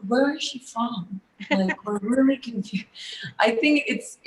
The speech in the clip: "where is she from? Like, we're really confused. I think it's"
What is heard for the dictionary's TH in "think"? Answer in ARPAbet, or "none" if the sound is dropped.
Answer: TH